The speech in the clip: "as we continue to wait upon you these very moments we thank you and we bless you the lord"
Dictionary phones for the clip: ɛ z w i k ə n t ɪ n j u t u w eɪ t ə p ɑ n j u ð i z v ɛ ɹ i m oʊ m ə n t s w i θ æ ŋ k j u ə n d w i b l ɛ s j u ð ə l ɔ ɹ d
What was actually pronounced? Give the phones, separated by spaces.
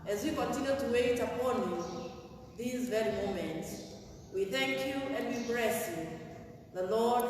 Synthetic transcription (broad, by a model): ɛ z w i k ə n t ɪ n j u t u w eɪ t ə p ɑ n j u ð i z v ɛ ɹ i m oʊ m ə n t s w i θ æ ŋ k j u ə n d w i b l ɛ s j u ð ə l ɔ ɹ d